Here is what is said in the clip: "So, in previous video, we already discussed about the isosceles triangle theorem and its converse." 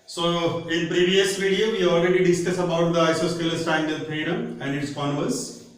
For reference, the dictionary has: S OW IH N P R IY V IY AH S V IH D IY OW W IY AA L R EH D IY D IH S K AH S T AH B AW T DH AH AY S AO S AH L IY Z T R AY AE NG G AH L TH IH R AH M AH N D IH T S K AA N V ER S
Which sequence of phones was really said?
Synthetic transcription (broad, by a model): S OW IH N P R IY V IY AH S V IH D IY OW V IY AA L R EH D IY D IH S K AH S AH B AW T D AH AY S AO S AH L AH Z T AY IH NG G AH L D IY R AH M AH N D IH T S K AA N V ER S